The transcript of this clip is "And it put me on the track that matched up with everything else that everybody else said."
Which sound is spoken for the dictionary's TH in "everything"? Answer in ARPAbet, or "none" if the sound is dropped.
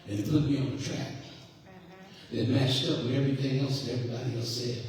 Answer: TH